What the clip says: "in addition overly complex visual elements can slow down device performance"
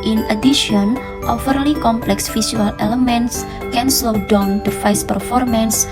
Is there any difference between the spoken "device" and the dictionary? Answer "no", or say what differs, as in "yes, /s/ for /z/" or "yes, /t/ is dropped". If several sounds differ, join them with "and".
yes, /f/ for /v/